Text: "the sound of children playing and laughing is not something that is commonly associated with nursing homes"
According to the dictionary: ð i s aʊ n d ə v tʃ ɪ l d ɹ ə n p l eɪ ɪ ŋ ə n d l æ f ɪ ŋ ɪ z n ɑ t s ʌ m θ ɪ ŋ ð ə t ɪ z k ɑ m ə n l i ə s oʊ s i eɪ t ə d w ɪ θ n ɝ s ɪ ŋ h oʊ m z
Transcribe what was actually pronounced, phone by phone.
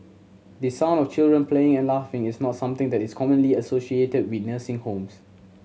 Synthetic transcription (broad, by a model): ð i s aʊ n ə f tʃ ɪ l d ɹ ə n p l eɪ ɪ ŋ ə n l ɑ f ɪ ŋ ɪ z n ɑ t s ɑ m t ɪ ŋ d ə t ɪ s k ɑ m ə n l i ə s oʊ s i eɪ t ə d w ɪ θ n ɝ s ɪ ŋ h oʊ m s